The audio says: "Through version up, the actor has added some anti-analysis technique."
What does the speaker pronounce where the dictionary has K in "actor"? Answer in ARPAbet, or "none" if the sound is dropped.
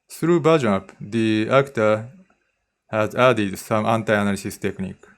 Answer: K